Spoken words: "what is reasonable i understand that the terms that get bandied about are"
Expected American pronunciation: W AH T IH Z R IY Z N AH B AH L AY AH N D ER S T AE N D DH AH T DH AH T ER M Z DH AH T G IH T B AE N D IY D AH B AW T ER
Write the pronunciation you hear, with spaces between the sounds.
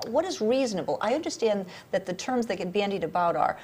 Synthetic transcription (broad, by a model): W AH T IH Z R IY Z N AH B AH L AY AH N D ER S T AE N DH AH T DH AH T ER M Z DH AH T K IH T B AE N D IY D AH B AW T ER